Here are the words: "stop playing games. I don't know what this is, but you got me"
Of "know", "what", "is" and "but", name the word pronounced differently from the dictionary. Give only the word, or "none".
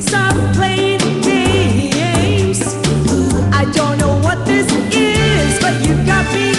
none